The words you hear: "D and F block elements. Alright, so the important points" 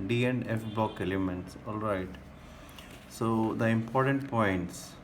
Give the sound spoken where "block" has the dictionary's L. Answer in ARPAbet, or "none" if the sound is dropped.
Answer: none